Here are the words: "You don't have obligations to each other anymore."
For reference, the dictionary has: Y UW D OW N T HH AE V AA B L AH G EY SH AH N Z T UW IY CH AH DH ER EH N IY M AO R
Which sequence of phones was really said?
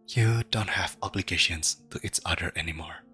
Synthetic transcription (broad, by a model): Y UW D OW N T HH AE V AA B L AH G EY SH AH N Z T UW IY S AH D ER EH N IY M AO R